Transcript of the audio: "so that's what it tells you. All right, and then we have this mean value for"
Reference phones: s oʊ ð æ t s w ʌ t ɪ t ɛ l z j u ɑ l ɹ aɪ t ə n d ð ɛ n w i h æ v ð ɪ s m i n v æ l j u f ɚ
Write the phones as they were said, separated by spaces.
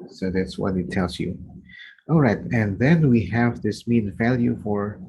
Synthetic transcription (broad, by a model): s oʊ ð æ t s w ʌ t ɪ t ɛ l z j u ɑ l ɹ aɪ t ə n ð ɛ n w i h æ v ð ɪ s m i n v æ l j u f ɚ